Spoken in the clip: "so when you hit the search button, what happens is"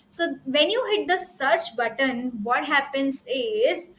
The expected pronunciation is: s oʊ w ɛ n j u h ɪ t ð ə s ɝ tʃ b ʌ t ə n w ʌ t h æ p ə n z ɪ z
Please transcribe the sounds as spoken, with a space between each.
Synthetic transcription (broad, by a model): s oʊ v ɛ n j u h ɪ t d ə s ɝ tʃ b ʌ t ə n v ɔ t h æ p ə n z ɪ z